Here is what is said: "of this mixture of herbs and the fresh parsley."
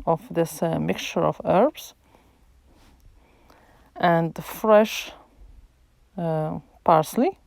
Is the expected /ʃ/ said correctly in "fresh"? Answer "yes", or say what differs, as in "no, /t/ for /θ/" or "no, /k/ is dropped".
yes